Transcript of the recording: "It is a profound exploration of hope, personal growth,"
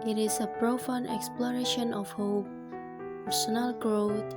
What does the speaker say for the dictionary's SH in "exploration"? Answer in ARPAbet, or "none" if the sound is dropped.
SH